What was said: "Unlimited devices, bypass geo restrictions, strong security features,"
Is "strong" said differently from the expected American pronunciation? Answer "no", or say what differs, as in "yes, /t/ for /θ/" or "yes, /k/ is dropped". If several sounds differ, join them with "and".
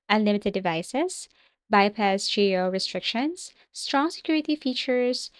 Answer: no